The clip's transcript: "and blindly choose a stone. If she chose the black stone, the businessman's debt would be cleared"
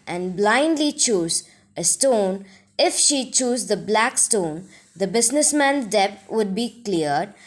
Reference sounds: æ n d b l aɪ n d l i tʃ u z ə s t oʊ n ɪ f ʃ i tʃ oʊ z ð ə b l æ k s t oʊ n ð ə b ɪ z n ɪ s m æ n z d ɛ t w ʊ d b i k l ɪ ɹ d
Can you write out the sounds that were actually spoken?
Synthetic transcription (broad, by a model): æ n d b l aɪ n d l i tʃ u z ə s t oʊ n ɪ f ʃ i tʃ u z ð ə b l æ k s t oʊ n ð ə b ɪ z n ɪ s m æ n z d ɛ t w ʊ d b i k l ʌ ɹ d